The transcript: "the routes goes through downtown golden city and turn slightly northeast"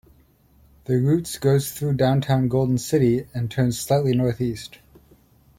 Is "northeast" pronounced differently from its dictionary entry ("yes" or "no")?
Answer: no